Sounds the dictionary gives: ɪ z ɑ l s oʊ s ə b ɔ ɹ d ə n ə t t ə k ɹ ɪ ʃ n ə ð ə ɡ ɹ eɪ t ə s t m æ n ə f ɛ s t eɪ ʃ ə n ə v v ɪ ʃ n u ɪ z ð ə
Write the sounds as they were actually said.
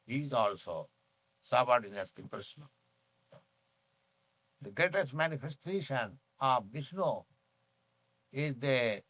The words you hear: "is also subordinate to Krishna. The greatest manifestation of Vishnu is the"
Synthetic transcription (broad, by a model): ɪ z ɑ l s oʊ s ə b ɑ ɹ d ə n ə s t ə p ɹ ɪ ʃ n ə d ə ɡ ɹ eɪ t ə s t m æ n ə f ɛ s t eɪ ʃ ə n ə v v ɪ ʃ n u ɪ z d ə